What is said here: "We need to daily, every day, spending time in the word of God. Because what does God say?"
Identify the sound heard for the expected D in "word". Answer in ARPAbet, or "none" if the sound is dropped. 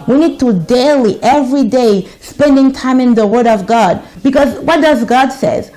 D